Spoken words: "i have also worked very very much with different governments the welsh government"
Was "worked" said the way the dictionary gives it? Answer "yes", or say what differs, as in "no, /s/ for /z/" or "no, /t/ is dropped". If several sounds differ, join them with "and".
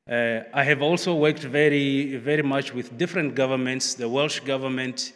yes